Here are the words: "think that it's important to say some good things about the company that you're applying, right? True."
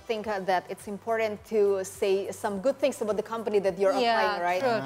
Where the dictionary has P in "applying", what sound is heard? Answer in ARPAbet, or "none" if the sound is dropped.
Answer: none